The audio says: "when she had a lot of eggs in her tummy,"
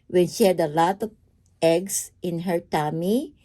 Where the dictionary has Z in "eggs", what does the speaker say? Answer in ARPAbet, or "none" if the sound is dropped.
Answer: S